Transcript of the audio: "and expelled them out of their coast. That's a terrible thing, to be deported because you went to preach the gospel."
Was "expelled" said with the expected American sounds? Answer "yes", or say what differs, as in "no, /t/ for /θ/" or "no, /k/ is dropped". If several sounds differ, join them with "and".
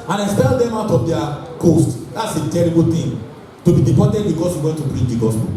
yes